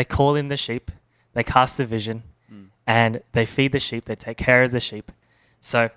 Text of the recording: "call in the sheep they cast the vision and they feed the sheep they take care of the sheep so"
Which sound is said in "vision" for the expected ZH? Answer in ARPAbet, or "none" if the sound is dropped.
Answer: ZH